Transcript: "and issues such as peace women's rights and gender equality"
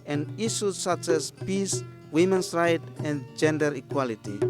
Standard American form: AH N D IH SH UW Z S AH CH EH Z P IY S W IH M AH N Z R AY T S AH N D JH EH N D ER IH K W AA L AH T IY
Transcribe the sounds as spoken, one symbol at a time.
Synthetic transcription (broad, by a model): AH N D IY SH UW S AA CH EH S P IY S W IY M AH N S R AY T AH N JH EH N D ER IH K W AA L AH T IY